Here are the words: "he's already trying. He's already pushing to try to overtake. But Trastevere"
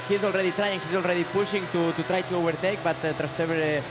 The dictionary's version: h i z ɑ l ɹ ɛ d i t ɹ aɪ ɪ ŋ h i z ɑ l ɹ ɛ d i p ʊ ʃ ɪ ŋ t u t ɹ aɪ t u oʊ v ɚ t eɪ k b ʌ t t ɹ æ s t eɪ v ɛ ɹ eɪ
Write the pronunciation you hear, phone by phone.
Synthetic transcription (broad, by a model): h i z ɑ l ɹ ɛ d i t ɹ aɪ ɪ ŋ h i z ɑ l ɹ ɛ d i p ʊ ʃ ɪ ŋ t u t ɹ aɪ t u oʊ b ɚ t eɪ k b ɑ t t ɹ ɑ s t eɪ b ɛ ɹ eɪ